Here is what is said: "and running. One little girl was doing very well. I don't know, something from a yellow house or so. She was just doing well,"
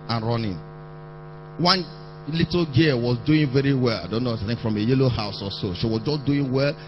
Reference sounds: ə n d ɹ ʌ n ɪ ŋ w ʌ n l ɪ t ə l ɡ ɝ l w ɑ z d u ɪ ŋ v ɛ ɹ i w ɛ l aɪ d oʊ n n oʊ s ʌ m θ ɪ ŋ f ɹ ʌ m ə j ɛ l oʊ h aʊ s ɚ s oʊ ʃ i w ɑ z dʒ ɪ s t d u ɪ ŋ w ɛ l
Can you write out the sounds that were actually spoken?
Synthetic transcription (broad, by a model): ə n ɹ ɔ n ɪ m w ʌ n l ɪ t l ɡ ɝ w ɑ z d u ɪ ŋ v ɛ ɹ i w ɛ l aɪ d oʊ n n oʊ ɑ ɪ θ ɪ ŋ f ɹ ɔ m ə j ɛ l oʊ h aʊ s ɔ s oʊ ʃ i w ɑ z dʒ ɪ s d u ɪ ŋ w ɛ l